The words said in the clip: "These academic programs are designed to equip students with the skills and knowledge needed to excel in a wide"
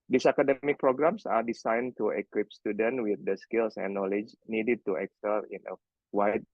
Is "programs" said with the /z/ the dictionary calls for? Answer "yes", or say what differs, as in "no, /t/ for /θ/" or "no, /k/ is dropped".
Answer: no, /s/ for /z/